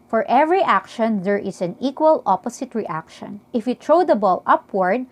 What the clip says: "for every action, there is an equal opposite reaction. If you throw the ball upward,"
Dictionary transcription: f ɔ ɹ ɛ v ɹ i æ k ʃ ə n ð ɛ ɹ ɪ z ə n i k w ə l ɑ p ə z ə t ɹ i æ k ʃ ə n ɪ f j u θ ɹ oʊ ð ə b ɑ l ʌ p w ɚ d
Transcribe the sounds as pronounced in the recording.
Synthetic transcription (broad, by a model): f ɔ ɹ ɛ v ɹ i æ k ʃ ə n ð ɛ ɹ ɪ s ə n i k w ə l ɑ p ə s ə t ɹ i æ k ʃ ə n ɪ f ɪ t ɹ oʊ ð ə b ɑ l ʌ p w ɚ d